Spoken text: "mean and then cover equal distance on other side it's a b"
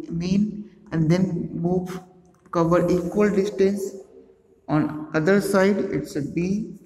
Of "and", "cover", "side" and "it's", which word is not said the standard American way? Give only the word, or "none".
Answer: it's